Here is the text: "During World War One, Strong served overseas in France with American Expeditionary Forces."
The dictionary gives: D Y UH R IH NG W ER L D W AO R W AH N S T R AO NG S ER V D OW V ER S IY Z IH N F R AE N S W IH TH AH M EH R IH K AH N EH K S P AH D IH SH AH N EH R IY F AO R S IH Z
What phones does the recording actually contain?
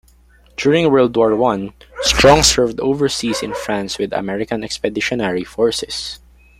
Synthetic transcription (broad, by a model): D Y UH R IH NG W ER L D W AO R W AH N S T R AO NG S ER V D OW V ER S IY S IH N F R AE N S W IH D AH M EH R IH K AH N EH K S P AH D IH SH AH N EH R IY F AO R S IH S